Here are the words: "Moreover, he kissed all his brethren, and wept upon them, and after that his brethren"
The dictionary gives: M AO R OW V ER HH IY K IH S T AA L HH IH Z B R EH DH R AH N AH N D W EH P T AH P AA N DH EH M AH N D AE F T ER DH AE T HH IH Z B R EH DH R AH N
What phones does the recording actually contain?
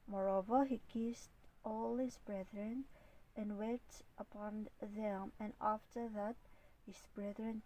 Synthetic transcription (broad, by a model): M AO R OW V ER HH IY K IH S T AA L HH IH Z B R EH DH R AH N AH N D W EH T AH P AA N DH EH M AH N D AE F T ER DH AE T HH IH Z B R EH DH R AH N